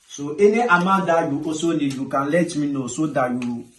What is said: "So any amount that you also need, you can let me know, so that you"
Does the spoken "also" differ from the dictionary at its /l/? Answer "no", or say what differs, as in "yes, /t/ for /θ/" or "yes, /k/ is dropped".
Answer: yes, /l/ is dropped